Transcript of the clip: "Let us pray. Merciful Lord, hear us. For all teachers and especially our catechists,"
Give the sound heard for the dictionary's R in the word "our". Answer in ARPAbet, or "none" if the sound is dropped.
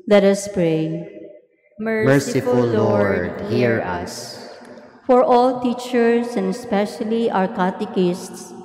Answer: R